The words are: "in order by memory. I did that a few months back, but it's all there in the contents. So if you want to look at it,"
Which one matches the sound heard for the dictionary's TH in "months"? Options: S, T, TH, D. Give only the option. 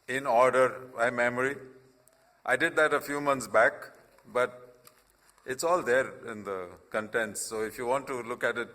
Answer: T